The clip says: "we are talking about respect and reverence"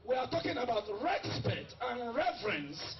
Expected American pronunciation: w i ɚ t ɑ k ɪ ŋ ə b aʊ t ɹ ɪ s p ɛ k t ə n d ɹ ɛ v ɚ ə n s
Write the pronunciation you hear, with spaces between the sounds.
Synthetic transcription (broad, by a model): w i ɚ t ɑ k ɪ ŋ ə b aʊ t ɹ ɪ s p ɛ t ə n ɹ ɛ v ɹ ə n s